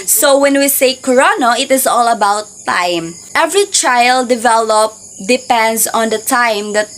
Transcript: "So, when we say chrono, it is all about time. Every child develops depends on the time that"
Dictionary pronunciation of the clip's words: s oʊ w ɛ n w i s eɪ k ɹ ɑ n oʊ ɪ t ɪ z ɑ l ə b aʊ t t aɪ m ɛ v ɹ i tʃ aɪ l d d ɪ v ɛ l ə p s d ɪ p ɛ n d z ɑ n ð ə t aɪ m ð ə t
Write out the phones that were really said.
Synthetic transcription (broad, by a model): s oʊ w ɛ n w i s eɪ k ɹ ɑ n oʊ ɪ t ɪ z ɑ l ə b aʊ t t aɪ m ɛ v ɹ i tʃ aɪ l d d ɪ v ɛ l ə p d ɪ p ɛ n d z ɑ n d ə t aɪ m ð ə t